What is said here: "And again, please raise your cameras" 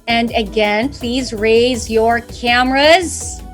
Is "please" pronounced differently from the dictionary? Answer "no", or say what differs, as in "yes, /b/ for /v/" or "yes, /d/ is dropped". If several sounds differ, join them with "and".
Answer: no